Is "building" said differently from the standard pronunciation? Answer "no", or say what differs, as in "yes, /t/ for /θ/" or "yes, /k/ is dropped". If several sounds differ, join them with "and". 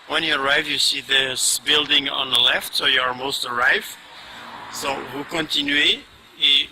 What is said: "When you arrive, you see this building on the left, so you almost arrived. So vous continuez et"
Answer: no